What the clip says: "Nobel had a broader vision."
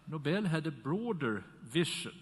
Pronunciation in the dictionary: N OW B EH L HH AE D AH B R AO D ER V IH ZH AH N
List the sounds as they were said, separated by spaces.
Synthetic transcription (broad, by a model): N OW B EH L HH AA D AH B R AO D ER V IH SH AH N